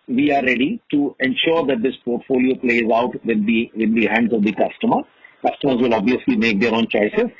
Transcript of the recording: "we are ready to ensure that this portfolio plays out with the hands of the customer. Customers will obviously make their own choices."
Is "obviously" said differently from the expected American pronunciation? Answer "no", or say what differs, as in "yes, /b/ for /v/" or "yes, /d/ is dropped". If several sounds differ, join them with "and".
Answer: no